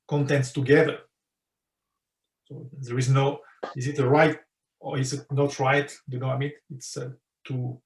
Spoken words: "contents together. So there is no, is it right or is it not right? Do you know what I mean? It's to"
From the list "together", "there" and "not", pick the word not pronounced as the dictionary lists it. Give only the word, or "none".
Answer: none